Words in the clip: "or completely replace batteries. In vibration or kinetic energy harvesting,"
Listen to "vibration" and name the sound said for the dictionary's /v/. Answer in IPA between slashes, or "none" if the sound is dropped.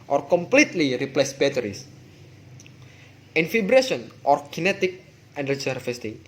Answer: /f/